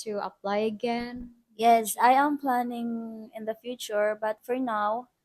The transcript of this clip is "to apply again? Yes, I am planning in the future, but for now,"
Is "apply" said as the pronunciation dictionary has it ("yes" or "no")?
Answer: yes